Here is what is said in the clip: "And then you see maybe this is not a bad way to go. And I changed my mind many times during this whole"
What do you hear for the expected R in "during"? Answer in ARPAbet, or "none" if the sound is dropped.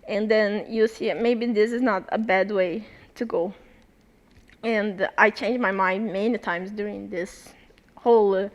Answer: R